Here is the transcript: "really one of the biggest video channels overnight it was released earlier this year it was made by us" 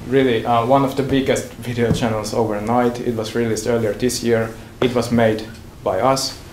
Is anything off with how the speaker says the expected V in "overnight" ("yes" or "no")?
no